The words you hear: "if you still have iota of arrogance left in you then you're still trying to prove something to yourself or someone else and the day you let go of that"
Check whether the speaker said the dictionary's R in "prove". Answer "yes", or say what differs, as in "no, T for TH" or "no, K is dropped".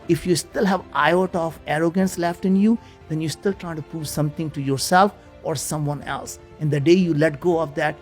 no, R is dropped